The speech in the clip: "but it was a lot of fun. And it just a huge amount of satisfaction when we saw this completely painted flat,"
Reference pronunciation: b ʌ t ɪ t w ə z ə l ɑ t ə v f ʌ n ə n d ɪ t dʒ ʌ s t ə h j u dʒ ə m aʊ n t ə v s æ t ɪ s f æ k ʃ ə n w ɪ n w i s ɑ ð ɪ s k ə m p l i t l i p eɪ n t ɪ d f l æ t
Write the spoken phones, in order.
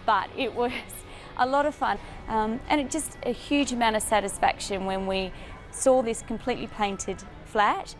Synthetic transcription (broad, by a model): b ʌ t ɪ t w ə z ə l ɑ t ə v f ʌ n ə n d ɪ t dʒ ʌ s t ə h j u dʒ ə m aʊ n t ə v s æ t ɪ s f æ k ʃ ə n w ɪ n w i s ɑ ð ɪ s k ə m p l i t l i p eɪ n t ɪ d f l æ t